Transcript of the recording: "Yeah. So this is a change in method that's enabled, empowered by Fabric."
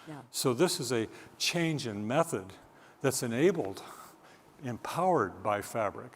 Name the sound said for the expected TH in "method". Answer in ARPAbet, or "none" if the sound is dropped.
TH